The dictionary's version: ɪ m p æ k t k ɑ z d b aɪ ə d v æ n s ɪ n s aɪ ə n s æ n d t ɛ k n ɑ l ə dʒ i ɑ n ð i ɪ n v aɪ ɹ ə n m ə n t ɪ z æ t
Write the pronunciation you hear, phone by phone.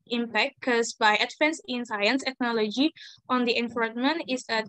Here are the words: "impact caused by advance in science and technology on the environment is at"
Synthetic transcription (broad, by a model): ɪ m p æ k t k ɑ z b aɪ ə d f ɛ n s ɪ n s aɪ ə n s t ɛ k n ɑ l ə dʒ i ɑ n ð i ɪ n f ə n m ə n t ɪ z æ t